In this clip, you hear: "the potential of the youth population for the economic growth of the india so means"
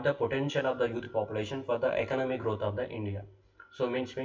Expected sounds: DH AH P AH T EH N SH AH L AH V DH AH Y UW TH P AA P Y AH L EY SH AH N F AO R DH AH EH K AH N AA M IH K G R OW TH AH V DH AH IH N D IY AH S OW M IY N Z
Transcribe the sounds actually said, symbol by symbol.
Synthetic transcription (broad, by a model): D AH P AH T EH N SH AH L AH V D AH Y UW T P AA P Y AH L EY SH AH N F AO R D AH EH K AH N AA M IH K G R OW T AH V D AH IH N D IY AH S OW M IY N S